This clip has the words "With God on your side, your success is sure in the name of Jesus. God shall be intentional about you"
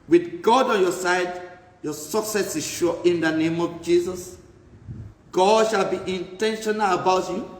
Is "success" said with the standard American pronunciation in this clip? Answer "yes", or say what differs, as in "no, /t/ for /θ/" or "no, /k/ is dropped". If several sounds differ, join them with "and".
yes